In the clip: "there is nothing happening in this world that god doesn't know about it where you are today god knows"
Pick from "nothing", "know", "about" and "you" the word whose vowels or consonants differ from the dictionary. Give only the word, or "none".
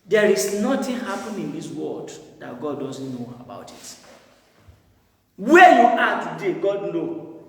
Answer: nothing